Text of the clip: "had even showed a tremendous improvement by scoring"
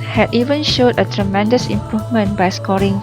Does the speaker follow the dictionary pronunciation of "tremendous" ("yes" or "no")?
yes